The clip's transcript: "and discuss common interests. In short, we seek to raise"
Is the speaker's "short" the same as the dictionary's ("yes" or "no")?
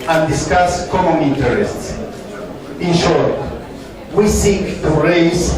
yes